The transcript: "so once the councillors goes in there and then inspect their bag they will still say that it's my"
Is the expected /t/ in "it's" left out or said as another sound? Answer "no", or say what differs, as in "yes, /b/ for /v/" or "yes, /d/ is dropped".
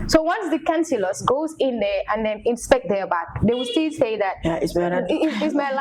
yes, /s/ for /t/